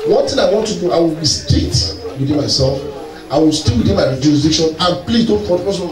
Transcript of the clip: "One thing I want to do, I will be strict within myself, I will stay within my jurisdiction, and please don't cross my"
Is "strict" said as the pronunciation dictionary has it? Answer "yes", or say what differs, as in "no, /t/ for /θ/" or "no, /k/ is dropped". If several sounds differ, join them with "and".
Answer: no, /ɹ/ is dropped and /k/ is dropped